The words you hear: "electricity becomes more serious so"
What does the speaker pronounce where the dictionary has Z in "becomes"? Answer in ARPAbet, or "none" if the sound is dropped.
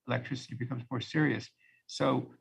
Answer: Z